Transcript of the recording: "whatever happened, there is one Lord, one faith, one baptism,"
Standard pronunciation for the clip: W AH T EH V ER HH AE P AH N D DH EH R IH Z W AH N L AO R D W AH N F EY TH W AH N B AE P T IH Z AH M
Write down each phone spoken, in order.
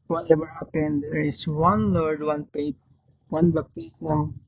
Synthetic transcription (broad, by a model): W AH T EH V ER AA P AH N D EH R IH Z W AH N L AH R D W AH N P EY T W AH N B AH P T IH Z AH M